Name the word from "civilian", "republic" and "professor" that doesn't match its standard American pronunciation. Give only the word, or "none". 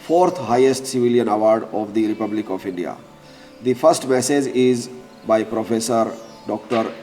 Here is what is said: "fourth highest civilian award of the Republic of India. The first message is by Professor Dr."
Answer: none